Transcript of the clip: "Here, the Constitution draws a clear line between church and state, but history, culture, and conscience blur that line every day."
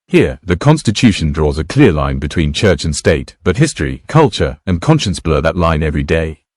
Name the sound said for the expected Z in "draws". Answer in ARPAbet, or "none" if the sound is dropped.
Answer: Z